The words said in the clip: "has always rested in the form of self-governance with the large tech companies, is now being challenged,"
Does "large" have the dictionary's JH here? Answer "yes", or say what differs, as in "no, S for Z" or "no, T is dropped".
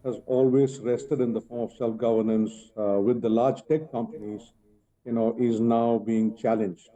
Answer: yes